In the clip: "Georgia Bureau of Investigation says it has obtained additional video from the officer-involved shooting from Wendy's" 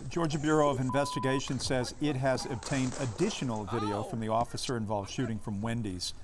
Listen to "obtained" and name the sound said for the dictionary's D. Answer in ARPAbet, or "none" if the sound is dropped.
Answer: D